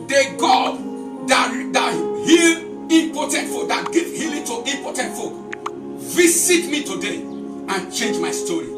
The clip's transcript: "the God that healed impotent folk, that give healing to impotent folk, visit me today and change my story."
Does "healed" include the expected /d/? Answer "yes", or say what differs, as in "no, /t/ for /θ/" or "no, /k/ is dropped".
no, /d/ is dropped